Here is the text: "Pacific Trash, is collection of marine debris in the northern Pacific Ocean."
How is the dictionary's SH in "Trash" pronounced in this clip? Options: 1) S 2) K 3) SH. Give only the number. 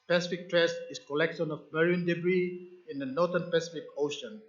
1